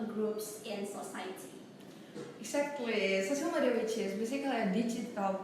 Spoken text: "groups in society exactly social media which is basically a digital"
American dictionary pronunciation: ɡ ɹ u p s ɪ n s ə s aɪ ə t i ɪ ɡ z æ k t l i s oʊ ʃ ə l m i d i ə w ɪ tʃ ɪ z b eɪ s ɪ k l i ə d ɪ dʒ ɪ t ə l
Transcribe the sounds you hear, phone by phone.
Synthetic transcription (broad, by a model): ɡ ɹ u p s ɪ n s ə s aɪ ə t i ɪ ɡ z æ k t l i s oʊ s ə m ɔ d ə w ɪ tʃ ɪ s b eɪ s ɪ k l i ə d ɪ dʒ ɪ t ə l